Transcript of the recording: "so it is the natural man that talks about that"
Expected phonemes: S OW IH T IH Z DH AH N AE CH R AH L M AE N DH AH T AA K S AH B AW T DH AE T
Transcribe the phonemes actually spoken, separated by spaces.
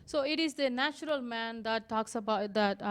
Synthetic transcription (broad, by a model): S OW IH T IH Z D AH N AE CH R AH L M AE N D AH T AA K S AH B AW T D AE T